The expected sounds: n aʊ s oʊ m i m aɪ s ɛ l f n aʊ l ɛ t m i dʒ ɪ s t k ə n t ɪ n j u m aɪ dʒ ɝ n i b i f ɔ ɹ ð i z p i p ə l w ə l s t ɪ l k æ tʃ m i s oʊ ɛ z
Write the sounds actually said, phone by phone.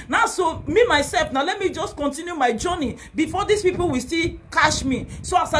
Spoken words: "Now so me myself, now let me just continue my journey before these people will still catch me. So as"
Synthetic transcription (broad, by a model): n aʊ s oʊ m i m aɪ s ɛ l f n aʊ l ɛ t m i dʒ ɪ s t k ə n t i n j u m aɪ dʒ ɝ n i b i f ɔ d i s p i p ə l w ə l s t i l k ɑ ʃ m i s oʊ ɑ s